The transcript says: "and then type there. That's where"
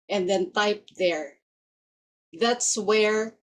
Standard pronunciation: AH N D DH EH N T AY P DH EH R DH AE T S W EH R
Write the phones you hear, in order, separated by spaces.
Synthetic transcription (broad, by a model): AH N DH EH N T AY P DH EH R DH AE T S W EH R